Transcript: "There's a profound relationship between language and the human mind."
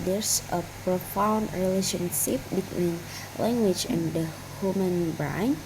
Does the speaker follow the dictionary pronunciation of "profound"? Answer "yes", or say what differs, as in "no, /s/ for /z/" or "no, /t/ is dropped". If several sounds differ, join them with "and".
yes